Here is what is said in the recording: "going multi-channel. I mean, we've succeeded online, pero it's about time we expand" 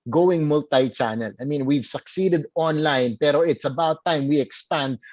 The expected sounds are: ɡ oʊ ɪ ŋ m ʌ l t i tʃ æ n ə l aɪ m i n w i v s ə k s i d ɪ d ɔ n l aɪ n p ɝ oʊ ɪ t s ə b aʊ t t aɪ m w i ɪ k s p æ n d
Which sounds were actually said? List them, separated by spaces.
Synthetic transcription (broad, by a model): ɡ oʊ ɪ ŋ m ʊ l t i tʃ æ n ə l aɪ m i n w i v s ə k s i d ɪ d ɔ n l aɪ n p ɝ oʊ ɪ t s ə b aʊ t t aɪ m w i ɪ k s p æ n d